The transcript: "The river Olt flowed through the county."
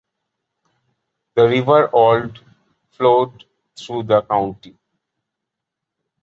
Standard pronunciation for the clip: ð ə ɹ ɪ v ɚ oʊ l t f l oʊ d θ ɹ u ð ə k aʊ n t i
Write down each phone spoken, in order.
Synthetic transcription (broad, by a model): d ə ɹ ɪ v ɚ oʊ l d f l oʊ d t ɹ u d ə k aʊ n t i